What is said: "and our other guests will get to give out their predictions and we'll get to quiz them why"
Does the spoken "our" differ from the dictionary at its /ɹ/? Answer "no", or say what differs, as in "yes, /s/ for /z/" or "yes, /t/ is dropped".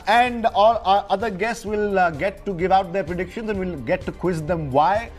yes, /l/ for /ɹ/